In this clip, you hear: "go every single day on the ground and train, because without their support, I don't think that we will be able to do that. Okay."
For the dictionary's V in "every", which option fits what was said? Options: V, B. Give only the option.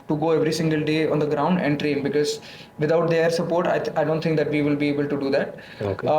V